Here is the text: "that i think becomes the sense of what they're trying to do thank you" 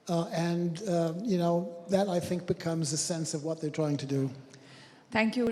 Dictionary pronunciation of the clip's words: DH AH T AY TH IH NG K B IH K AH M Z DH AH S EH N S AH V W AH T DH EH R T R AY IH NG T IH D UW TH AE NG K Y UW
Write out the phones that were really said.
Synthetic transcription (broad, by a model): DH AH T AY TH IH NG K B IH K AH M Z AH S EH N S AH V W AH T DH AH R T R AY IH NG T IH D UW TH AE NG K Y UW